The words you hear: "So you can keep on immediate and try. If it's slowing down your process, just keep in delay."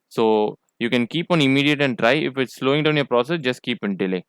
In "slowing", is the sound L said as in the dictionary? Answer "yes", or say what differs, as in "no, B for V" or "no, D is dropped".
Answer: yes